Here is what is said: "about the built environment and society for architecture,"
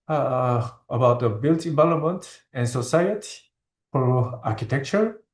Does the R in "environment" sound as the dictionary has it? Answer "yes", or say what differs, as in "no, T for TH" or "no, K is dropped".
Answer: no, L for R